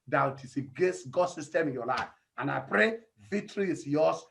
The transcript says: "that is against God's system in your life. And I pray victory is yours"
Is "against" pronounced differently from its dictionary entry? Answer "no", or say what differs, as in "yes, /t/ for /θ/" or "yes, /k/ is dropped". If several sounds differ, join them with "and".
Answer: yes, /n/ is dropped